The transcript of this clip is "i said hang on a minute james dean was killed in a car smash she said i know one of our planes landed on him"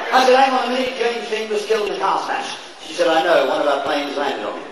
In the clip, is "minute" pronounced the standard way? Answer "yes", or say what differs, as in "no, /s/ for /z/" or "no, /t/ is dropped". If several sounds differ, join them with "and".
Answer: no, /n/ is dropped